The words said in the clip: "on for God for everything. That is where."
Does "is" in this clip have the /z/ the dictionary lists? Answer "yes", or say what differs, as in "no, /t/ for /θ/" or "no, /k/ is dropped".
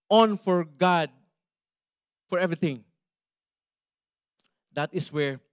no, /s/ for /z/